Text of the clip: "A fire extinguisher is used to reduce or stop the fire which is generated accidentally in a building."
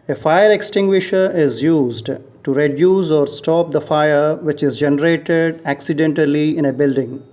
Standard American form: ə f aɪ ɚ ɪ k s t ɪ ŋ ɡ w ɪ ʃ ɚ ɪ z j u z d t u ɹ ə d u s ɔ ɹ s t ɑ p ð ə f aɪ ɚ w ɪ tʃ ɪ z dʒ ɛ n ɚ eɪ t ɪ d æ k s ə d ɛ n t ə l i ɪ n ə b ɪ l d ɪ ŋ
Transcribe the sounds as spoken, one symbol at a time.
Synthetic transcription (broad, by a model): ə f aɪ ɚ ɪ k s t ɪ ŋ ɡ w ɪ ʃ ɚ ɪ z j u z d t u ɹ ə d u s ɔ ɹ s t ɑ p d ə f aɪ ɚ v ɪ tʃ ɪ z dʒ ɛ n ɚ eɪ t ɪ d æ k s ə d ɛ n t ə l i ɪ n ə b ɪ l d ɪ ŋ